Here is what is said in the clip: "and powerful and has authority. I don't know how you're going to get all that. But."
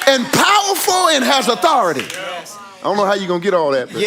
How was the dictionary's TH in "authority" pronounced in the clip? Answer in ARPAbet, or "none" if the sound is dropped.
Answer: TH